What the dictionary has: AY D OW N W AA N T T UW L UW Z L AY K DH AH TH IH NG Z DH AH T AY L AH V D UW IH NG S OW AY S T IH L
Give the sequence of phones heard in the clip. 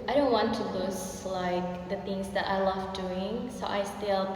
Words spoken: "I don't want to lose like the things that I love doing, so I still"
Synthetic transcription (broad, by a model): AY D OW N W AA N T T UW L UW S L AY K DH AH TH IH NG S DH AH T AY L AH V D UW IH NG S OW AY S T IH L